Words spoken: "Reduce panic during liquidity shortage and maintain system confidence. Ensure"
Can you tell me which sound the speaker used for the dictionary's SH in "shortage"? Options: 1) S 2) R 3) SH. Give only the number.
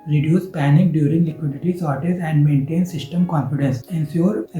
1